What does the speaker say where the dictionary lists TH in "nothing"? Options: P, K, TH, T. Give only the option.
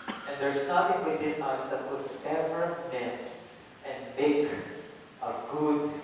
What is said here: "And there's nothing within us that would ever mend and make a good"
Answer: T